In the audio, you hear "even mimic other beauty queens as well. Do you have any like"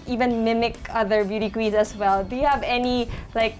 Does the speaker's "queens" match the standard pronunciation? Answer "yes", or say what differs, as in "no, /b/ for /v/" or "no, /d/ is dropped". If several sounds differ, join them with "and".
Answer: no, /n/ is dropped